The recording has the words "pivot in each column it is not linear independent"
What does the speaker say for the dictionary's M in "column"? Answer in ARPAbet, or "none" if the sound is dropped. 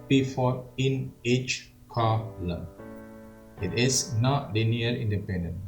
none